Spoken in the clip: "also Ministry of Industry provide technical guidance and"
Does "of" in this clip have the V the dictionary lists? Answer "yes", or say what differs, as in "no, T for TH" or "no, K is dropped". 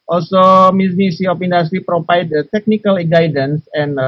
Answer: no, P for V